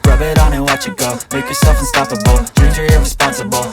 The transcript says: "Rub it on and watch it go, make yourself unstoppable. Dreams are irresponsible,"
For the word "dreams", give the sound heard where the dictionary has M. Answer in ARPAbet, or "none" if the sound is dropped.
none